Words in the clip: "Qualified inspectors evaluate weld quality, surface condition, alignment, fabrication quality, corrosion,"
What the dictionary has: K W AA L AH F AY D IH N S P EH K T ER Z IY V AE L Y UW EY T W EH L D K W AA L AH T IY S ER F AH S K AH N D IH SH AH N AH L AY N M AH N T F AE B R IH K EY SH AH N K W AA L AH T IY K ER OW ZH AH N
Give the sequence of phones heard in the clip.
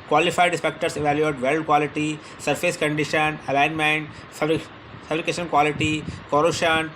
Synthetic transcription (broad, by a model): K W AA L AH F AY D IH S P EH K T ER S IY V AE L Y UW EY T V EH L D K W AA L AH T IY S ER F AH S K AH N D IH SH AH N AH L AY N M AH N T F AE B R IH K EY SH AH N K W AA L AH T IY K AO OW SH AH N